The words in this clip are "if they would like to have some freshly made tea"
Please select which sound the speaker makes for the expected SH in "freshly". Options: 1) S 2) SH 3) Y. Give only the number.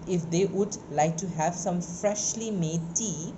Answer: 2